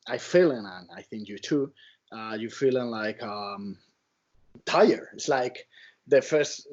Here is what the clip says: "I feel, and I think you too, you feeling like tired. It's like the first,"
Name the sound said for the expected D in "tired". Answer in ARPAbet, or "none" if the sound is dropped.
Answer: none